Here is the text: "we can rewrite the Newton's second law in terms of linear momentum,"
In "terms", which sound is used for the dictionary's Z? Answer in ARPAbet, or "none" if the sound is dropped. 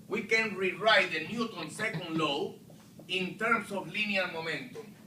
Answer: S